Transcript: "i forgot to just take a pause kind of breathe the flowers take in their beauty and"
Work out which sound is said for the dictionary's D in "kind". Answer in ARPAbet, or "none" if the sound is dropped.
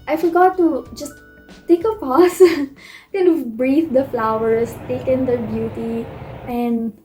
none